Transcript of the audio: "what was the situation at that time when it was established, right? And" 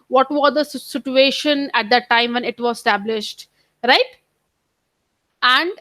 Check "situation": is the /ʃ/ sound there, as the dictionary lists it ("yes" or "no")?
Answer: yes